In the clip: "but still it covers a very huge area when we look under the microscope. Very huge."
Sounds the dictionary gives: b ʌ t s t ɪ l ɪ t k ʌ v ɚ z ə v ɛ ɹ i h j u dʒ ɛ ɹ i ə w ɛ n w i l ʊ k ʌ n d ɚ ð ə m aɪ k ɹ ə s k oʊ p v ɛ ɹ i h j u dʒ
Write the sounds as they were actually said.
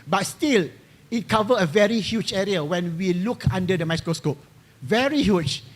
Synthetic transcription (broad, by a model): b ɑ t s t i l ɪ t k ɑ v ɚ ə v ɛ ɹ i h j u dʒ ɛ ɹ i ə w ɛ n w i l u k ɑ n d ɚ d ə m aɪ k ɹ ə s k oʊ p v ɛ ɹ i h j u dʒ